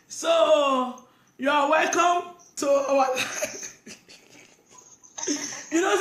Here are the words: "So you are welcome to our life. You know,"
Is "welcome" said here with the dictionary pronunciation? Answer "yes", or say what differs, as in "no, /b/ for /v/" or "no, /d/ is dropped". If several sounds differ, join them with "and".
yes